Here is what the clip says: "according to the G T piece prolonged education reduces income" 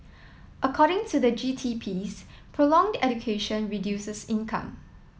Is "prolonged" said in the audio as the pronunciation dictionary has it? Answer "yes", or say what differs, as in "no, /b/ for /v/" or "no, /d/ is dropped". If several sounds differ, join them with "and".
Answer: yes